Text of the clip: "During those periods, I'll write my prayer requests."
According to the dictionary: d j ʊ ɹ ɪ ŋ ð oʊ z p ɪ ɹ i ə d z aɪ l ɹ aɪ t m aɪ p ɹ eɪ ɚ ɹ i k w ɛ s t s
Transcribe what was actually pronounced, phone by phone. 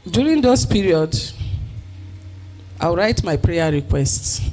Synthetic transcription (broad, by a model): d j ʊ ɹ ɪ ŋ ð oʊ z p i ɹ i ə d aɪ w ɹ aɪ t m aɪ p ɹ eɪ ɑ ɹ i k w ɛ s t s